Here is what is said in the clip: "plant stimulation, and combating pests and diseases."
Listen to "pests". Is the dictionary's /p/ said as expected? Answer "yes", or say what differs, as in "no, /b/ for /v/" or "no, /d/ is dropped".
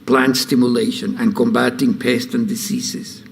yes